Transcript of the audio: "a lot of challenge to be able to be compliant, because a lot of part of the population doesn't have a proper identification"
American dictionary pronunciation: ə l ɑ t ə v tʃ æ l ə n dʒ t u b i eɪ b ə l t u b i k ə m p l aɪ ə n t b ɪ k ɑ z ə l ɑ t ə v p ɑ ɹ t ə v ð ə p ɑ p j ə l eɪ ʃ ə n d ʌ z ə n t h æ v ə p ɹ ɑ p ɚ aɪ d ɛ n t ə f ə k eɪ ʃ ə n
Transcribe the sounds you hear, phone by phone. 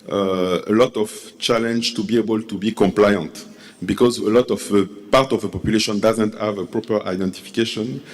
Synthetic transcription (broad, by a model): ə l ɑ t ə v tʃ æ l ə n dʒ t u b i eɪ b ə l t u b i k ə m p l aɪ ə n t b ɪ k ɑ z ə l ɑ t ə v p ɑ ɹ t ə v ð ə p ɑ p j ə l eɪ ʃ ə n d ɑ z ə n t h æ v ə p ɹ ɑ p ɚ aɪ d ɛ n t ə f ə k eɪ ʃ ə n